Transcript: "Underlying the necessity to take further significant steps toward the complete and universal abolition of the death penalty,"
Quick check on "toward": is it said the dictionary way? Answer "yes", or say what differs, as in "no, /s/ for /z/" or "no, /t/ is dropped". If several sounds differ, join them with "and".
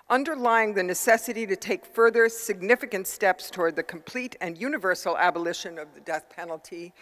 yes